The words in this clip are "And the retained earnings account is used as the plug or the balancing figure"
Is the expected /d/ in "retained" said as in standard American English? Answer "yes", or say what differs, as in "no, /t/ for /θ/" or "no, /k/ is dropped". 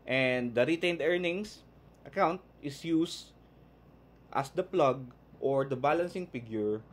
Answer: yes